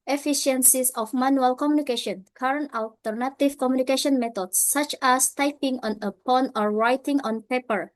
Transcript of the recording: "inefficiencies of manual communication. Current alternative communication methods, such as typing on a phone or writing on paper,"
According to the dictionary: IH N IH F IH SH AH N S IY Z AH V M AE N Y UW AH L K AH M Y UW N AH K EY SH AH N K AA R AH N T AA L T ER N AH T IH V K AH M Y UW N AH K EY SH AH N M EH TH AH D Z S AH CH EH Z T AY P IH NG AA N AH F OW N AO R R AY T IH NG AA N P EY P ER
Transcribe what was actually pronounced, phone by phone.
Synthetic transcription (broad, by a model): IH F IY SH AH N S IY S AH F M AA N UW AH L K AH M Y UW N AH K EY SH AH N K AA R AH N T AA L T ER N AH T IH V K AH M Y UW N AH K EY SH AH N M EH T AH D S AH CH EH S T AY P IH NG AA N AH P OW N AO R R AY T IH NG AA N P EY P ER